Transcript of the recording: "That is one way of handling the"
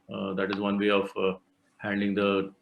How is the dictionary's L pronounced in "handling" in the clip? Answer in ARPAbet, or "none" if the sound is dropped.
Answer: none